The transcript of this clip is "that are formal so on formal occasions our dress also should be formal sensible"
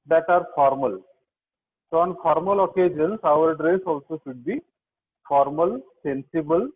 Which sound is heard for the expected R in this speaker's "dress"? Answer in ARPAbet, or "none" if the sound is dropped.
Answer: R